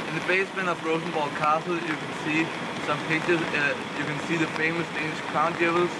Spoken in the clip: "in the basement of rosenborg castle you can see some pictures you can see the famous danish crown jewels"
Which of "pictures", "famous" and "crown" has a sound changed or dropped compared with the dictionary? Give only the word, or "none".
pictures